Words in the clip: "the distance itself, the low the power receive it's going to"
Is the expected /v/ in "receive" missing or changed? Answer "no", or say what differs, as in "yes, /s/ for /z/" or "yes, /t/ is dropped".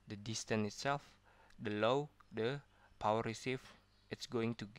yes, /f/ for /v/